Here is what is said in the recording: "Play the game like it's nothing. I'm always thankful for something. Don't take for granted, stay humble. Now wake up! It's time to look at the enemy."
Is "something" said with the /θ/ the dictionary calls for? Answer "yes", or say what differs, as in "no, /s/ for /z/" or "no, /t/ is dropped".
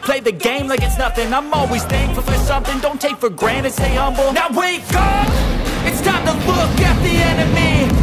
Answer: yes